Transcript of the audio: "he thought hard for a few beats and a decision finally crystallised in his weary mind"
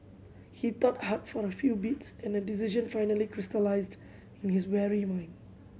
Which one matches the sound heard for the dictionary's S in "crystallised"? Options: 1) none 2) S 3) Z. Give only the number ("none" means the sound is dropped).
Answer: 2